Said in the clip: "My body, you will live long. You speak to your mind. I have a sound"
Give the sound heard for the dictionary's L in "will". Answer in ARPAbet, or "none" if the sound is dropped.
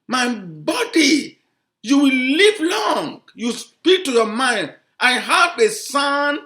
L